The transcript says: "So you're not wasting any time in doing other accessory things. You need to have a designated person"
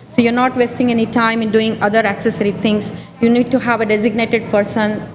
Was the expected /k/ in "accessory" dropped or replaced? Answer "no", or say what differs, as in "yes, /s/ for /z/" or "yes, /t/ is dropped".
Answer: no